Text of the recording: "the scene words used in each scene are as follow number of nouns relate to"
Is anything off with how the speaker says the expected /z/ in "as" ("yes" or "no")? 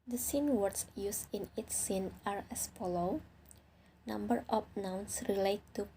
yes